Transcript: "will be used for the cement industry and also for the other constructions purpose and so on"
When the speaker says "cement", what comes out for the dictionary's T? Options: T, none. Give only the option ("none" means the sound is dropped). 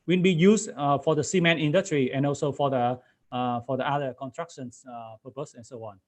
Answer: none